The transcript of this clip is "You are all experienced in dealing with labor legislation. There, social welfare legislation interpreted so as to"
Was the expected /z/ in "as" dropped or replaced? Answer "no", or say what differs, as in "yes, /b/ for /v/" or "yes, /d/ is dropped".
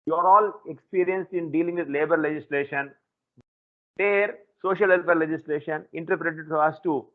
yes, /s/ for /z/